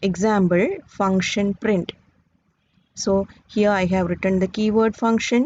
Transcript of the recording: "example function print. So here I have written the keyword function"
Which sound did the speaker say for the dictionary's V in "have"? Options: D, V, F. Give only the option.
V